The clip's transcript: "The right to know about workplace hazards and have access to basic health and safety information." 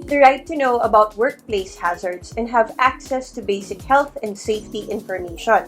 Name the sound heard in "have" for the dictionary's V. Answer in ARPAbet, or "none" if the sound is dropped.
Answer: V